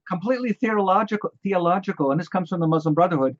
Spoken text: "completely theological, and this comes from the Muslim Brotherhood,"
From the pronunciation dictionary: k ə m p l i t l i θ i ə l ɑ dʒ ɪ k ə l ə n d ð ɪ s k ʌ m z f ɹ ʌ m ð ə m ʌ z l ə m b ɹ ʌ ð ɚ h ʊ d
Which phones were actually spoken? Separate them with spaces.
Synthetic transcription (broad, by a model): k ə m p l i t l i θ i ə l ɑ dʒ ɪ k ə l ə n ð ɪ s k ʌ m z f ɹ ʌ m ð ə m ʌ z l ə m b ɹ ʌ ð ɚ h ʊ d